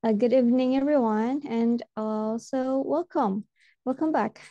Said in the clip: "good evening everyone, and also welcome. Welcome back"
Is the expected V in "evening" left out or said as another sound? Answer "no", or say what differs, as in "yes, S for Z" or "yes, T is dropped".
no